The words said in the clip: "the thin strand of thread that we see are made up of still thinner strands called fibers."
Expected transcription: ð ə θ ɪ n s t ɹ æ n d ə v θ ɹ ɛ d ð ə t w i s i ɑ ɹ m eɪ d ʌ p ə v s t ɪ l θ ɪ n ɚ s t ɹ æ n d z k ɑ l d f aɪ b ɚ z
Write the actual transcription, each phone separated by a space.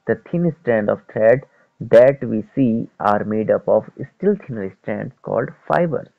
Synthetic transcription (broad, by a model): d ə t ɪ n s t ɹ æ n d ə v t ɹ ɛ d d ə t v i s i ɑ ɹ m eɪ d ʌ p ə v s t ɪ l t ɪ n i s t ɹ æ n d s k ɑ l d f aɪ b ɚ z